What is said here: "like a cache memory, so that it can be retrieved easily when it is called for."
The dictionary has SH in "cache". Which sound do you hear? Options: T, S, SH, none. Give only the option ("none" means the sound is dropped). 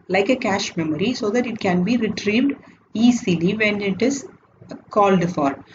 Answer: SH